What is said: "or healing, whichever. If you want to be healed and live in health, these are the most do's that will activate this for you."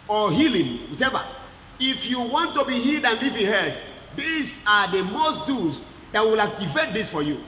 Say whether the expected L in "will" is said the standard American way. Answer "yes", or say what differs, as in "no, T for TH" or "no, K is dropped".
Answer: yes